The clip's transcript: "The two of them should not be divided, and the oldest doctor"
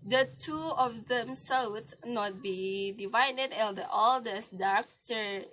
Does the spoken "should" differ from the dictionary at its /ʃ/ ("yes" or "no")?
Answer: yes